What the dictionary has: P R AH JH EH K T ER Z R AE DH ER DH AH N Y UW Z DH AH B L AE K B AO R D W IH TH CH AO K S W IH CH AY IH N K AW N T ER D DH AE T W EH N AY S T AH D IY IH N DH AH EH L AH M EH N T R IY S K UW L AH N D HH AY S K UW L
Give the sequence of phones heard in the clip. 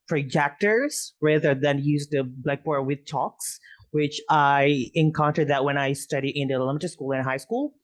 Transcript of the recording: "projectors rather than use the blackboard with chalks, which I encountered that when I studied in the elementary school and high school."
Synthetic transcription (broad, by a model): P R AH JH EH K T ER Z R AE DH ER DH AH N Y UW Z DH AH B L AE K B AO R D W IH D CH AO K S W IH CH AY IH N K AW N T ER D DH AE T W EH N AY S T AH D IY IH N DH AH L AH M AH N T IY S K UW L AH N HH AY S K UW L